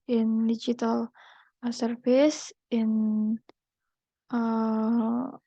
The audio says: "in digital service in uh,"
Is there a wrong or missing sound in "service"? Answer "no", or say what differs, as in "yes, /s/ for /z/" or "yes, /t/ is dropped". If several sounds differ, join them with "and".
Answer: yes, /f/ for /v/